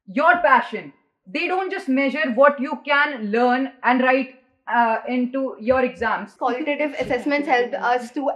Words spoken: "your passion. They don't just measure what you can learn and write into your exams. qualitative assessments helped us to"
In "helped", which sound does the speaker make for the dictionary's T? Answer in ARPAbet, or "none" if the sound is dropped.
none